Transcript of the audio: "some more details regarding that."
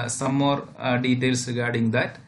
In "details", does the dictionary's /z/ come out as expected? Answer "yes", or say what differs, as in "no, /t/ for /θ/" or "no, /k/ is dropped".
no, /s/ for /z/